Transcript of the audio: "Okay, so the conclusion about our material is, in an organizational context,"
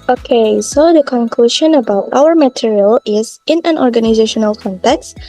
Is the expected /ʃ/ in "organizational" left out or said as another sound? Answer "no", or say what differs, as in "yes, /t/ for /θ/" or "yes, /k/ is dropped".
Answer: no